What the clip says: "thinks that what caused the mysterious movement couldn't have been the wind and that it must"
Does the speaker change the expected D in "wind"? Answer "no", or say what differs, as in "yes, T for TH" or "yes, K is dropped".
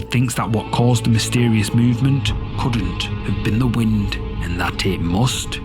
no